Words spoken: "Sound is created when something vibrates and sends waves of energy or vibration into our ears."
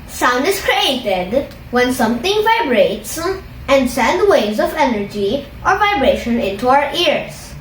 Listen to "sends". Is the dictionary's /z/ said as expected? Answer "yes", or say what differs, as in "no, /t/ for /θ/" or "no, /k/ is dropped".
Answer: no, /z/ is dropped